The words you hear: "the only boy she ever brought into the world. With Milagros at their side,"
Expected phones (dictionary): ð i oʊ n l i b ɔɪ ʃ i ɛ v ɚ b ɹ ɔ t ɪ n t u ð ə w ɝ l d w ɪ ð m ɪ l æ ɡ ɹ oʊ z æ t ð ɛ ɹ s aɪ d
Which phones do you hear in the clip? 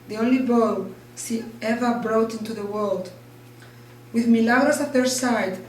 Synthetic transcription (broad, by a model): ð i oʊ n l i b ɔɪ s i ɛ v ɚ b ɹ ɔ t ɪ n t u ð ə w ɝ l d w ɪ ð m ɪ l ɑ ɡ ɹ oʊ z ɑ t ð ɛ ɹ s aɪ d